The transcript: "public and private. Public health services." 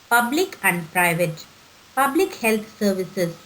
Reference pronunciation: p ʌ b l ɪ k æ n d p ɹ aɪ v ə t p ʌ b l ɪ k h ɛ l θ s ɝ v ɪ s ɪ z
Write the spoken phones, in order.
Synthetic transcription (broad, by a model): p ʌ b l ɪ k æ n d p ɹ aɪ v ə t p ʌ b l ɪ k h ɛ l t s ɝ v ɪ s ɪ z